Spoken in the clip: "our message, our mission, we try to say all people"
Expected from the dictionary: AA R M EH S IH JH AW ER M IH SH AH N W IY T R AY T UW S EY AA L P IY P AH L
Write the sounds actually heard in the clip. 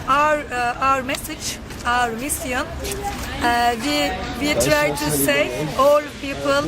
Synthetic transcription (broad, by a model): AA R M EH S IH JH AW ER M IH S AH N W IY T R AY T UW S EY AA L P IY P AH L